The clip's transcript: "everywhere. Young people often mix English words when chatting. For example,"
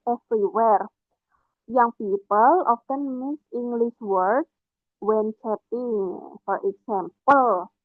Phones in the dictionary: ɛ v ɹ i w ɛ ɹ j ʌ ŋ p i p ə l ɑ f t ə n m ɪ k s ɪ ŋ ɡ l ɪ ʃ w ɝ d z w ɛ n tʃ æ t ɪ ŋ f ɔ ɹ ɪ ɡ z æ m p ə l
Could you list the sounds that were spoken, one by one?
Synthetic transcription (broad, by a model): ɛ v ɹ i w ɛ ɹ j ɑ ŋ p i p ə l ɑ f t ə n m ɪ s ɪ ŋ ɡ l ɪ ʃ w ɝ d w ɛ n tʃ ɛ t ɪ ŋ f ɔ ɹ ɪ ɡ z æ m p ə l